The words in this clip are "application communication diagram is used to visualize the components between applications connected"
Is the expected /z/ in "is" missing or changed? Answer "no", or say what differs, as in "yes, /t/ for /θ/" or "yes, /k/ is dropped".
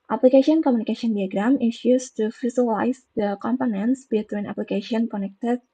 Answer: yes, /s/ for /z/